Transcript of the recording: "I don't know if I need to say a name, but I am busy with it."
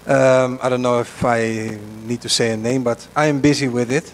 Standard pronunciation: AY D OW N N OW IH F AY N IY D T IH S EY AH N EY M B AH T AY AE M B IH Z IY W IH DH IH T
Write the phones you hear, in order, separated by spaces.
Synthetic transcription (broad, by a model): AY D OW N N OW IH F AY N IY D T IH S EY AH N EY M B AH T AY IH M B IH Z IY W IH DH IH T